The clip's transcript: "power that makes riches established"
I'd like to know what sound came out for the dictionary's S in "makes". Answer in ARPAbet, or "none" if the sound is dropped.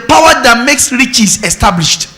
S